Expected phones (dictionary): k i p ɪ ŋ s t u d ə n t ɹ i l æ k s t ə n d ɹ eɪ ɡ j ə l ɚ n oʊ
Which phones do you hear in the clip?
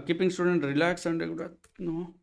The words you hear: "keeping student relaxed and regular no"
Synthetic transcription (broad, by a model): k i p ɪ ŋ s t u d ə n t ɹ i l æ k s ə n d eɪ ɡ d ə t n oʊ